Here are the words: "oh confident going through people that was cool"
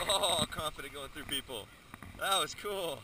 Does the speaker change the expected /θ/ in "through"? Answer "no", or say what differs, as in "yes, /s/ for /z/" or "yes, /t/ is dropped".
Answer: no